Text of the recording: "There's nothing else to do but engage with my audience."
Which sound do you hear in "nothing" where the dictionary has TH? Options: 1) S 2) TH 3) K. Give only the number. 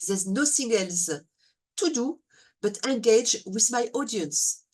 1